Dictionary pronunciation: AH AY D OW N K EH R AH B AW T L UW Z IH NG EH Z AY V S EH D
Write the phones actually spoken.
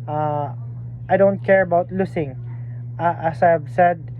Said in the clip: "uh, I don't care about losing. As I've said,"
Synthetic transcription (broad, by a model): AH AY D OW N K EH R AH B AW T L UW S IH NG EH S AY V S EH D